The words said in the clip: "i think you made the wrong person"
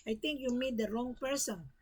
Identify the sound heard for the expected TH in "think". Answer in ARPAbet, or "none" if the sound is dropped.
T